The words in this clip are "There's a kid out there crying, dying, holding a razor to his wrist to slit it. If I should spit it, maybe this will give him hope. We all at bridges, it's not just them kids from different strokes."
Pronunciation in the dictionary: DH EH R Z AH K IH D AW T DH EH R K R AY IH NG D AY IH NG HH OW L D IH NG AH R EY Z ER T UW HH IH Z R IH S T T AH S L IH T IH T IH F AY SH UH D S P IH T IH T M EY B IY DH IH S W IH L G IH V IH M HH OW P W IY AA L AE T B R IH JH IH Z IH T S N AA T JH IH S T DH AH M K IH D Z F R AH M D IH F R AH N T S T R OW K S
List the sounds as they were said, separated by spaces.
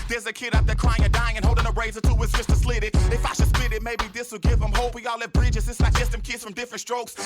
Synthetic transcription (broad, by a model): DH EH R Z AH K IH D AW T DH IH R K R AY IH NG D AY IH NG HH OW L D IH NG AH R EY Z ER T UW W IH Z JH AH S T T AH S L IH T IH T IH F AY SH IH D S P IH T IH T M EY B IY DH IH S W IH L G IH V IH M HH OW P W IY AA L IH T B R IH JH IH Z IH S L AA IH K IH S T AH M K IH D Z F R AH M D IH F R AH N T S T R OW K S